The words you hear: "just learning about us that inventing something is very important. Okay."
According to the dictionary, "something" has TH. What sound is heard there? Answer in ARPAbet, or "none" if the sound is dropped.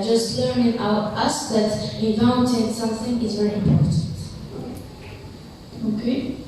TH